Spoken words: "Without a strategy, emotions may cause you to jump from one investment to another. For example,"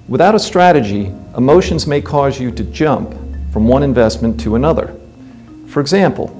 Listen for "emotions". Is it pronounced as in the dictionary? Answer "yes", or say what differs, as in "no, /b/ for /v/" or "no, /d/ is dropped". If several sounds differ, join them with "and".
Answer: yes